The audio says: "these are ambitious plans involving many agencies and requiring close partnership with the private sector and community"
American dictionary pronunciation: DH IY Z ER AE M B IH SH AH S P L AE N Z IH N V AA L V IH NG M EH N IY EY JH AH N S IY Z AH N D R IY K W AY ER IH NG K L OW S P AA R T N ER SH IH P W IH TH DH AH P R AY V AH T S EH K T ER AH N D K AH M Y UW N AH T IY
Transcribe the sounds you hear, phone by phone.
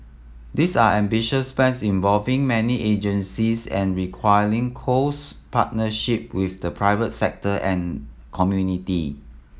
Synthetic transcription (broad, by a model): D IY S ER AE M B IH SH AH S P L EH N S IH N V AA L V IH NG M EH N IY EY JH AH N S IY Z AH N R IY K W AY ER IH NG K OW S P AA T N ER SH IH P W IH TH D AH P R AY V AH T S EH K T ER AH N K AH M Y UW N AH T IY